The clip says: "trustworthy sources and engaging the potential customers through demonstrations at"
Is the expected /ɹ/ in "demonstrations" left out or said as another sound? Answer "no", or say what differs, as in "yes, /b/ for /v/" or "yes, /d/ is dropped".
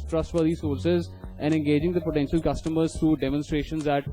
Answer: no